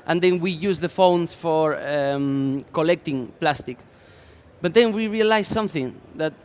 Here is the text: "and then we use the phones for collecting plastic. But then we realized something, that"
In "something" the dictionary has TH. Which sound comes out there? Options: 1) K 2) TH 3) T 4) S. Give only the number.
2